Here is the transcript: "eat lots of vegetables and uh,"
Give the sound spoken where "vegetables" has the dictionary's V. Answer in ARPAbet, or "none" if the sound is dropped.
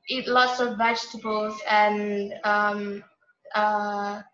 V